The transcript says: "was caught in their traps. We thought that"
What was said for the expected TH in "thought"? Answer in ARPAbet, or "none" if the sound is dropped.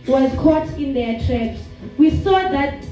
S